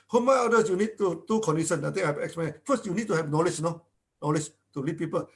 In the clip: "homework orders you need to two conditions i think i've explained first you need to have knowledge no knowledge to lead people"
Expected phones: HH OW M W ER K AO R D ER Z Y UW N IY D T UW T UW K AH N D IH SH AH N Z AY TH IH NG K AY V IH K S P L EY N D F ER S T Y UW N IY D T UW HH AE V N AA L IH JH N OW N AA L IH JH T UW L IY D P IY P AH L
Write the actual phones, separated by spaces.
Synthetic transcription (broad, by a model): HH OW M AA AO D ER S Y UW N IY D T UW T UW K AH N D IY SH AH N AY T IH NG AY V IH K S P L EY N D F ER S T Y UW N IY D T UW HH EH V N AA L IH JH N OW N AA L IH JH T UW L IY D P IY P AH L